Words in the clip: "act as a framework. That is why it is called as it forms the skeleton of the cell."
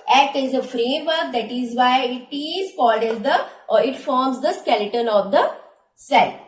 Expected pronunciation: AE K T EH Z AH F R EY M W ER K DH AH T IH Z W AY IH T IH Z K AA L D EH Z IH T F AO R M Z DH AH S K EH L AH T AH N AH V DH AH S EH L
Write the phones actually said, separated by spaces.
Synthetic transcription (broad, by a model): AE K T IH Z AH F R EY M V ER K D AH T IH Z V AY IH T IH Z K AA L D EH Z IH T F AO R M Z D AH S K EH L AH T AH N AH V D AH S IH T